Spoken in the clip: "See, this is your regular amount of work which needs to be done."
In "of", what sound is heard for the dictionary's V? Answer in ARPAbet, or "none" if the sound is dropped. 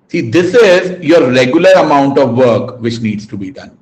V